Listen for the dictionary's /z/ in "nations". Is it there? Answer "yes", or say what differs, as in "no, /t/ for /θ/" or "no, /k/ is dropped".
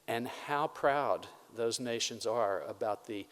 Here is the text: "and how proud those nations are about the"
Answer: yes